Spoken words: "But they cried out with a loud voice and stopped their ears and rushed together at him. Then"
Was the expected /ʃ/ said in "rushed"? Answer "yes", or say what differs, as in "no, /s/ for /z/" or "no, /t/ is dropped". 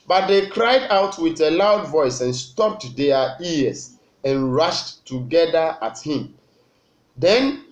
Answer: yes